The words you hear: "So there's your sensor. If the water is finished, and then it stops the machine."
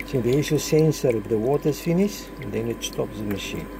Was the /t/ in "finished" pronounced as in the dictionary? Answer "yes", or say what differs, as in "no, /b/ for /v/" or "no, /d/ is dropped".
no, /t/ is dropped